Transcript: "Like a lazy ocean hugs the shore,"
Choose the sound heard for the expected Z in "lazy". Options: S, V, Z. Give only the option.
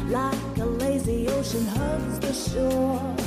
Z